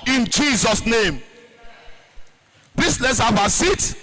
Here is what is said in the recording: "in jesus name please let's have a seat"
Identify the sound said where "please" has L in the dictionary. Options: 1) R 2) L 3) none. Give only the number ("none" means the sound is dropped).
3